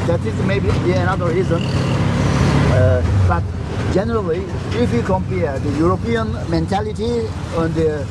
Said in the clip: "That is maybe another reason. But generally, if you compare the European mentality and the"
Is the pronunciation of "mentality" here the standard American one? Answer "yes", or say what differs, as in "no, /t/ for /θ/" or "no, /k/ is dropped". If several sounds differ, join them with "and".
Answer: yes